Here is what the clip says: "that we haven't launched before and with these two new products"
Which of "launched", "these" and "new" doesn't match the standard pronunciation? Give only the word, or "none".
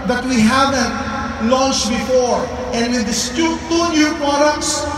these